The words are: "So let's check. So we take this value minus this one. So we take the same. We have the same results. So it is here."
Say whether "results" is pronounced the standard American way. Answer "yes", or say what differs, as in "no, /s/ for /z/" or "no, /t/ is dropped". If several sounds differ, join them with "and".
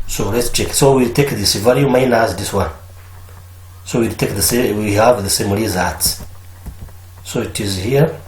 no, /l/ is dropped